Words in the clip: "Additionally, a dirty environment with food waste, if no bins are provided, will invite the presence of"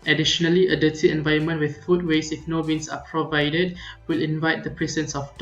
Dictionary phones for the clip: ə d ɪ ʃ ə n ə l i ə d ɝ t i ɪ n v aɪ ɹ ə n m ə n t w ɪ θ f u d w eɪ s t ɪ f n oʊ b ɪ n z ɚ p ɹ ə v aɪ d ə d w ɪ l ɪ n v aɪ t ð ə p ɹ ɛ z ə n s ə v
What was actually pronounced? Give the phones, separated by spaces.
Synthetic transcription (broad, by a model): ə d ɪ ʃ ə n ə l i ə d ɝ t i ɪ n v aɪ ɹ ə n m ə n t w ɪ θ f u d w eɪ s ɪ f n oʊ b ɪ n s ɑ p ɹ ə v aɪ d ə d w ɪ l ɪ n v aɪ t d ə p ɹ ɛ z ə n s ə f